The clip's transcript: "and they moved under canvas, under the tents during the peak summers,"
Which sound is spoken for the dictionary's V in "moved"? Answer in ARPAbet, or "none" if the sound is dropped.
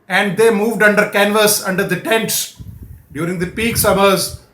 V